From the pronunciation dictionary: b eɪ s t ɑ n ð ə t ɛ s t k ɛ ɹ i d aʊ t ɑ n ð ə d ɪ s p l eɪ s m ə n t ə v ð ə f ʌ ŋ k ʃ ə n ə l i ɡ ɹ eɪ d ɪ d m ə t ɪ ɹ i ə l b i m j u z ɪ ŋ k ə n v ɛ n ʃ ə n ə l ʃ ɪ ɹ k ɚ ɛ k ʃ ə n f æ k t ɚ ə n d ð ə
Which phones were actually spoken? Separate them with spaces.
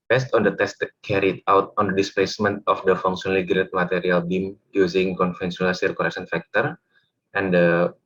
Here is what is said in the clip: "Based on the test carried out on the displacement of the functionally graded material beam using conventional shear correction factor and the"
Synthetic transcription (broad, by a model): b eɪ s t ɑ n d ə t ɛ s t k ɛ ɹ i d aʊ t ɑ n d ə d ɪ s p l eɪ s m ə n t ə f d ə f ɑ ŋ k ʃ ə n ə l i ɡ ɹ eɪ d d m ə t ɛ ɹ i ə l b i m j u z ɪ ŋ k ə n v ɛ n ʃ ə n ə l s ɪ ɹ k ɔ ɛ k s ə n f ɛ k t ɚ ə n d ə